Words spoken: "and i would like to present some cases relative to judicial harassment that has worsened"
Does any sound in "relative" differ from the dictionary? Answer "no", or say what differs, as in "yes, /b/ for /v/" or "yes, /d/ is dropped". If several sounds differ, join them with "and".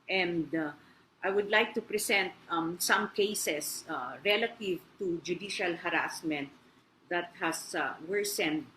no